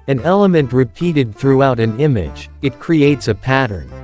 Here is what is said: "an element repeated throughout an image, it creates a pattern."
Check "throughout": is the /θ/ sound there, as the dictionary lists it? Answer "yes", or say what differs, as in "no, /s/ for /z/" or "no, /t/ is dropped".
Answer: yes